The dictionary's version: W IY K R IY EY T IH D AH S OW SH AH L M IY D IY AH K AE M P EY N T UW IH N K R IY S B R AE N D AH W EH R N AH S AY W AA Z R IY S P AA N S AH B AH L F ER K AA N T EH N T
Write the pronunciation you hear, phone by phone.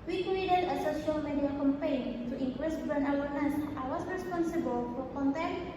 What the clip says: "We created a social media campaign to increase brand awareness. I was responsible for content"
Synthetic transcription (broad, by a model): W IY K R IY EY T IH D AH S OW SH AH L M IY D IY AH K AE M P EY N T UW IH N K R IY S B AH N AH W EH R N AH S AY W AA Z R IY S P AA N S AH B AH L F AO K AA N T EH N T